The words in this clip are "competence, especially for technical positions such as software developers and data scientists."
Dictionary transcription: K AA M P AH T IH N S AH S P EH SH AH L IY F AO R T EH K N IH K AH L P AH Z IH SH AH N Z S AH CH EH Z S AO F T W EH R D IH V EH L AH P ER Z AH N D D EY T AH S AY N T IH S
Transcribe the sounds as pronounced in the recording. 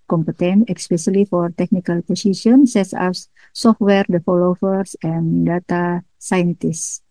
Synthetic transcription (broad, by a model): K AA M P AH T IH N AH S P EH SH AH L IY F AO R T EH K N IH K AH L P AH S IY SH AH N S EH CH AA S S AO F T W EH R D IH F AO L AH F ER S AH N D D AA T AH S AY N T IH S